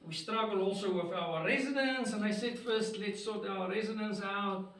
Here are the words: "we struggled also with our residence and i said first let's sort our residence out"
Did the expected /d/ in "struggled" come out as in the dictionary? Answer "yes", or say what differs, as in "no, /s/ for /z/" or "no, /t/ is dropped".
no, /d/ is dropped